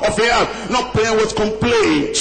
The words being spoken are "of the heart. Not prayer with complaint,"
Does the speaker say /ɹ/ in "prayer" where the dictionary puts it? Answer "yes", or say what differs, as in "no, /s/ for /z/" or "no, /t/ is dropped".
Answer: no, /l/ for /ɹ/